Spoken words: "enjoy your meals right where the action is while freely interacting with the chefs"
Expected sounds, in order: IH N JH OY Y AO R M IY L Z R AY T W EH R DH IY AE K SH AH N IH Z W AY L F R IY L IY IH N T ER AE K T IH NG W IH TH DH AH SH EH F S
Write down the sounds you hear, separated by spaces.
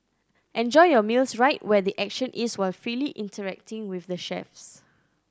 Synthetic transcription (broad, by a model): IH N JH OY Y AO M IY L S R AY T W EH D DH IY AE K SH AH N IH S W AY L F R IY L IY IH N T ER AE K T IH NG W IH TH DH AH SH EH F S